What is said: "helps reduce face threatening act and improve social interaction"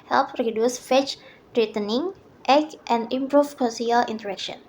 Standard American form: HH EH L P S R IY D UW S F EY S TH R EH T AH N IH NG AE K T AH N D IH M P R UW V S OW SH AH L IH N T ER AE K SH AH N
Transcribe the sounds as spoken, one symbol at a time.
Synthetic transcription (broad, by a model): HH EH L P R IY D UW S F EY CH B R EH T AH N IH NG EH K T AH N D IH M P R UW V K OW S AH L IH N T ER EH K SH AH N